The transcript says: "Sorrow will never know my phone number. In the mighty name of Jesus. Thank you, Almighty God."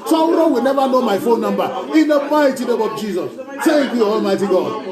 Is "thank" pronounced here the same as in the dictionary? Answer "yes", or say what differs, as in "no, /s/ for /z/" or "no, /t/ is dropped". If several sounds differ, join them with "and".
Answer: no, /s/ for /θ/ and /ŋ/ is dropped